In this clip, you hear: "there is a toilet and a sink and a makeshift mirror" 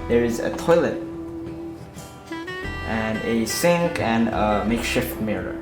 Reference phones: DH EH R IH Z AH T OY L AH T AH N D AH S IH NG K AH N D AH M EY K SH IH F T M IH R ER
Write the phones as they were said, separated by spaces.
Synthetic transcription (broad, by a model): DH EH R IH Z AH T OY L AH T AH N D AH S IH NG K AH N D AH M EY K SH IH F T M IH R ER